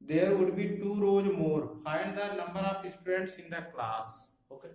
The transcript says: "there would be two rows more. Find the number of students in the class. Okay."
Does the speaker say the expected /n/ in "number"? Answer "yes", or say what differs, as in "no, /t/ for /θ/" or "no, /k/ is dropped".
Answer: no, /l/ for /n/